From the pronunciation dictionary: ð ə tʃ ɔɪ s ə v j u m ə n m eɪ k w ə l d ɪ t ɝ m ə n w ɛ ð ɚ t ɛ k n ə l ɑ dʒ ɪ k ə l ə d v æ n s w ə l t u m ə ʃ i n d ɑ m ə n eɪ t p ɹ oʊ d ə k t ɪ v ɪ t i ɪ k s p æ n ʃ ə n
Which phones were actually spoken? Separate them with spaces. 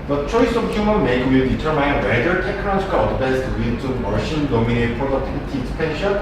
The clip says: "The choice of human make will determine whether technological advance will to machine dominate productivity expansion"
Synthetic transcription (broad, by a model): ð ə tʃ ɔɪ s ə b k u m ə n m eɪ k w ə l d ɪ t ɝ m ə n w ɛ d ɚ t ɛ k n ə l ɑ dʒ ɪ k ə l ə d b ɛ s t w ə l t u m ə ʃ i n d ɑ m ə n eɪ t p ɹ oʊ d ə k t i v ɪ t i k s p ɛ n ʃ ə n